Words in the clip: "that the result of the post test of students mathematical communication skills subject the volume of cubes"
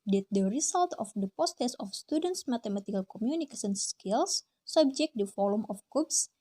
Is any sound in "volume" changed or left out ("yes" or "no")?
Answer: yes